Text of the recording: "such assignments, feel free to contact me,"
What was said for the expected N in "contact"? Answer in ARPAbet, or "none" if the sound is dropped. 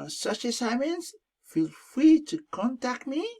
N